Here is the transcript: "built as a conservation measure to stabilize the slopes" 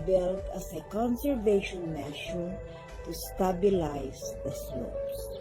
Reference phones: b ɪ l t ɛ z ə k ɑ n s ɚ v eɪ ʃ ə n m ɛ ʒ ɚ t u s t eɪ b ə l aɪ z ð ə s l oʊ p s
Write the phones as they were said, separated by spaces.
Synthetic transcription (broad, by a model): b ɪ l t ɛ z ə k ɑ n s ɚ v eɪ ʃ ə n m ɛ ʃ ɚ t u s t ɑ b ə l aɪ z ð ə s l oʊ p s